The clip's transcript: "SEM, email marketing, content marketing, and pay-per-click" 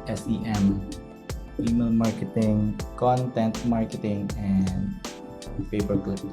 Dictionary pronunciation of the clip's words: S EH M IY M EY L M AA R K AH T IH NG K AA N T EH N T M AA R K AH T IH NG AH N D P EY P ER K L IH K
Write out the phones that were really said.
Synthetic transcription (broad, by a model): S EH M IY M EY L M AA R K AH T IH NG K AA N T EH N T M AA R K AH T IH NG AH N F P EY B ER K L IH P